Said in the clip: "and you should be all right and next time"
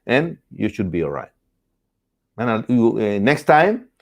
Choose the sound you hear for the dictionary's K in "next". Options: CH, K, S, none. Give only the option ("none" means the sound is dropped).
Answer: K